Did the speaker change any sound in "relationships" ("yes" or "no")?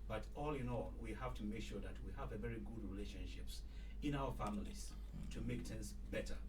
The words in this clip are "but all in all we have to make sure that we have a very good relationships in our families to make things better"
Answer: no